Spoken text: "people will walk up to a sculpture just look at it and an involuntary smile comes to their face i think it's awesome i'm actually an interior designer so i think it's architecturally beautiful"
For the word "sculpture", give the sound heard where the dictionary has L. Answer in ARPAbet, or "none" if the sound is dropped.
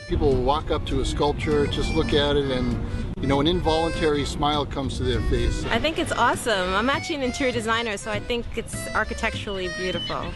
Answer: L